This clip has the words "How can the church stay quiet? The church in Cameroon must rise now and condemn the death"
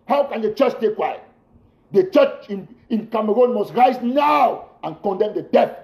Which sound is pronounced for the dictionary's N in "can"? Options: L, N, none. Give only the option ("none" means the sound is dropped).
N